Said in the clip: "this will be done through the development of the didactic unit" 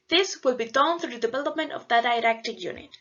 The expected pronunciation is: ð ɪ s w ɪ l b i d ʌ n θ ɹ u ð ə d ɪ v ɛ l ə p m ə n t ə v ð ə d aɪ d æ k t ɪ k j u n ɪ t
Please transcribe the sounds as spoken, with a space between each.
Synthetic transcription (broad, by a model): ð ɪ s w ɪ l b i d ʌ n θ ɹ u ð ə d ɪ v ɛ l ə p m ə n t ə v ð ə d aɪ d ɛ k t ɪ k j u n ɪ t